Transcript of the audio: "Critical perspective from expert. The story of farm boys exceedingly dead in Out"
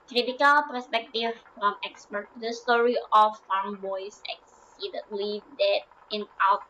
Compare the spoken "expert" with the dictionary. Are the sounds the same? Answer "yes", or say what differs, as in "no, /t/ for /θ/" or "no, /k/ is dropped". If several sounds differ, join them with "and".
yes